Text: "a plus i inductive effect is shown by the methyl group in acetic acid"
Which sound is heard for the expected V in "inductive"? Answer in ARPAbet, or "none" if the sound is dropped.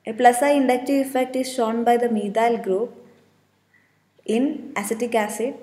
none